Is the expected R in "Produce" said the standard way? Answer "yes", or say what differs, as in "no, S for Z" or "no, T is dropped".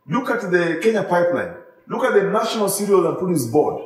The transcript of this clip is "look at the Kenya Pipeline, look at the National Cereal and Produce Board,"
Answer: no, R is dropped